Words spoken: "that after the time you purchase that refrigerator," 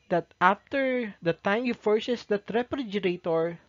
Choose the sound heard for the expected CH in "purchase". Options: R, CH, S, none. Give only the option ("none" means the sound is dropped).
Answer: S